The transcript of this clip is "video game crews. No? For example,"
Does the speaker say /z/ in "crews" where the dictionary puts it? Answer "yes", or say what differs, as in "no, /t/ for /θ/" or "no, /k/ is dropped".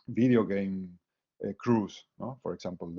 no, /s/ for /z/